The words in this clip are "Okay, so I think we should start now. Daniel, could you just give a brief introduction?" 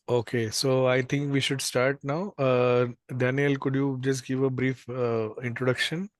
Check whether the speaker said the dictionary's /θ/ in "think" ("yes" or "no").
no